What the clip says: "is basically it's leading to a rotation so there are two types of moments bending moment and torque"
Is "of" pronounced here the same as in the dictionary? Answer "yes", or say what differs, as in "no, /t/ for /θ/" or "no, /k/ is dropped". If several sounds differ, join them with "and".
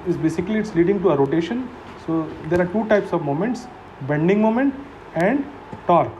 yes